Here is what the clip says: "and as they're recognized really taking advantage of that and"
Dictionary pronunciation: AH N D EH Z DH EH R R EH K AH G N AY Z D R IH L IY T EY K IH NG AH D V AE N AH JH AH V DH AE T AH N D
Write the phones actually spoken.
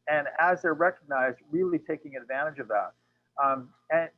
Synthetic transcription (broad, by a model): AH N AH Z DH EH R R EH K AH G N AY Z D R IH L IY T EY K IH NG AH D V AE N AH JH AH V DH AE T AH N